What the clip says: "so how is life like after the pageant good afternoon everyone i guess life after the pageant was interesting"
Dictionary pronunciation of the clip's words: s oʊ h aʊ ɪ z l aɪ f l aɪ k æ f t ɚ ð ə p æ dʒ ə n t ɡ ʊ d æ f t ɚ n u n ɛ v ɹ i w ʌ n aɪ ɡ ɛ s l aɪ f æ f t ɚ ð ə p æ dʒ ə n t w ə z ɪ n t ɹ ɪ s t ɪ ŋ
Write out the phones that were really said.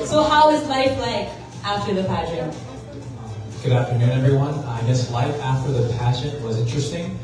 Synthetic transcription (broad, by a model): s oʊ h aʊ ɪ z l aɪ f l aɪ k æ f t ɚ ð ə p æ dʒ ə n ɡ ʊ d æ f t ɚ n u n ɛ v ɹ i w ʌ n aɪ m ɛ s l aɪ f æ f t ɚ ð ə p æ ʃ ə n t w ə z ɪ n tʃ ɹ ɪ s t ɪ ŋ